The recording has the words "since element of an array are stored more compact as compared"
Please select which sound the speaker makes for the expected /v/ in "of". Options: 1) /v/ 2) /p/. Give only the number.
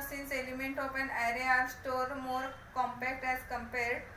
2